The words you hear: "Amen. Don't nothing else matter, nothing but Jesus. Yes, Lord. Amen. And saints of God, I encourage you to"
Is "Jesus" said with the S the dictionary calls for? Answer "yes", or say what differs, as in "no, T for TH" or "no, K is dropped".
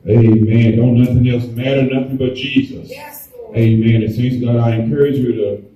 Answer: yes